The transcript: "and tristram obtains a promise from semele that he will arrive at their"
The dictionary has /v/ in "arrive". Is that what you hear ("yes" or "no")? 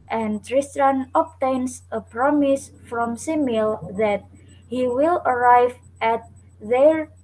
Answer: yes